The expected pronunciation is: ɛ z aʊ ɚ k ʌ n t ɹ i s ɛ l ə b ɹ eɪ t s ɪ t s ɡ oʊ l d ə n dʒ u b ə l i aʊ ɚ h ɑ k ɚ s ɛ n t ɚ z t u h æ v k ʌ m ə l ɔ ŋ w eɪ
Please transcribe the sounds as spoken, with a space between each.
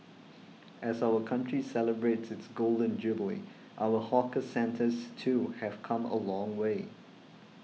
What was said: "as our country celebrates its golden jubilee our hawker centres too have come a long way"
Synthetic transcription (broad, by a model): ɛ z aʊ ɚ k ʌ n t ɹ i s ɛ l ə b ɹ eɪ t s ɪ t s ɡ oʊ l d ə n dʒ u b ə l aʊ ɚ h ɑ k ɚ s ɛ n t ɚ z t u h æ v k ʌ m ə l ɔ ŋ w eɪ